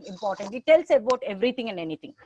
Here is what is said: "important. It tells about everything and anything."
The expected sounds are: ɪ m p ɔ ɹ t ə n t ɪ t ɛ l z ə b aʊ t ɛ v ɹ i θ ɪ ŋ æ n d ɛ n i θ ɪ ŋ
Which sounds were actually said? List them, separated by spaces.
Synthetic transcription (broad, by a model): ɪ m p ɔ ɹ t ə n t ɪ t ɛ l s ə b aʊ t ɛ v ɹ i t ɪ ŋ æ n d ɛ n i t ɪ ŋ